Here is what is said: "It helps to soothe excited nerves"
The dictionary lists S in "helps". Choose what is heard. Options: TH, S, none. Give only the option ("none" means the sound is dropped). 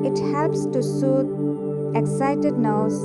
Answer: S